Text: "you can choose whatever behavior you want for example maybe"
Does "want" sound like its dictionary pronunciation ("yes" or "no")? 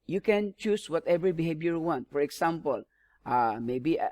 yes